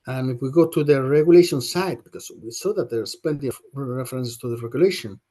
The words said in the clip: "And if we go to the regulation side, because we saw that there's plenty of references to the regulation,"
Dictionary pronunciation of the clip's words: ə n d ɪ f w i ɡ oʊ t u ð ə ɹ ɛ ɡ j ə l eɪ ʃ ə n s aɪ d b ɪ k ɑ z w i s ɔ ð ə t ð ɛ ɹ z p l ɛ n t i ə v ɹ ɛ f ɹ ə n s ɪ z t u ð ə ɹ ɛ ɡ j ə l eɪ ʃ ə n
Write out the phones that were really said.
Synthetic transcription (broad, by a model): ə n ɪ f w i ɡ oʊ t u ð ə ɹ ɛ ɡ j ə l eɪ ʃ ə n s aɪ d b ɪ k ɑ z w i s ɔ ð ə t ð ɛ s p ɛ n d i ɹ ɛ f ɹ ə n s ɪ s t u ð ə ɹ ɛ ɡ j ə l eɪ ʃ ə n